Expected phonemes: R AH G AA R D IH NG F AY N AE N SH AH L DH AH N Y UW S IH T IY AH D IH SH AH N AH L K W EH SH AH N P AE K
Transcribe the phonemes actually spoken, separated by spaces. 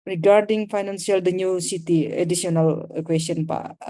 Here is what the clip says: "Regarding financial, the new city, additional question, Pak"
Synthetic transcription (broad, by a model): R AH G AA R D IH NG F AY N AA N S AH L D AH N Y UW S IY T IY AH D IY S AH N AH L K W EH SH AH N P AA